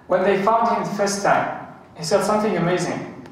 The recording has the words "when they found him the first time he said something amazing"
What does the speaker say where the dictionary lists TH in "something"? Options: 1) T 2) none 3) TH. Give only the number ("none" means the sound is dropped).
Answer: 3